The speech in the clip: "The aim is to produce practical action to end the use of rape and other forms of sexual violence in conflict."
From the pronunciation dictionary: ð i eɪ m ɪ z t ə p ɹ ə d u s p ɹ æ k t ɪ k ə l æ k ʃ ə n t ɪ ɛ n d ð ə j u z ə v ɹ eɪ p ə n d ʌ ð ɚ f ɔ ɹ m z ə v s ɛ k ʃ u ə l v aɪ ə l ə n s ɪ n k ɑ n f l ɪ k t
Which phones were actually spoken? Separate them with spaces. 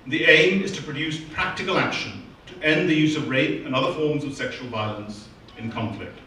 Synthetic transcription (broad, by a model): ð i eɪ m ɪ z t ə p ɹ ə d u s p ɹ æ k t ɪ k ə l æ k ʃ ə n t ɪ ɛ n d ð ə j u z ə v ɹ eɪ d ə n ʌ ð ɚ f ɔ ɹ m z ə v s ɛ k ʃ u ə l v aɪ ə l ə n s ɪ n k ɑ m f l ɪ k t